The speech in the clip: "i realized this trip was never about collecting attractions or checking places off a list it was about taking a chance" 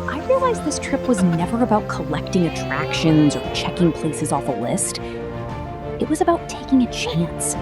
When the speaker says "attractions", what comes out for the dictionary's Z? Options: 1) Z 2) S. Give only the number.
1